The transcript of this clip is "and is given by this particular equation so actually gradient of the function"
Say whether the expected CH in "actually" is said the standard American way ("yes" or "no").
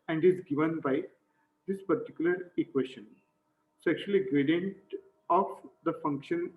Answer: no